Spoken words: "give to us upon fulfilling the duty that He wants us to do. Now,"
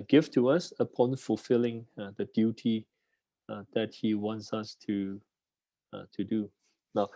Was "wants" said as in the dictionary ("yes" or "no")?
yes